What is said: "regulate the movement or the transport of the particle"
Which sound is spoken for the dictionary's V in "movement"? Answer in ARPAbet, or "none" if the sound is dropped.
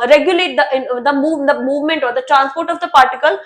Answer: V